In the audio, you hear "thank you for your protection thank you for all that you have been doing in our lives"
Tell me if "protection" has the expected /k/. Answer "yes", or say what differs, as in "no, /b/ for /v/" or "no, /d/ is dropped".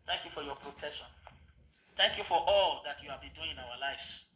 no, /k/ is dropped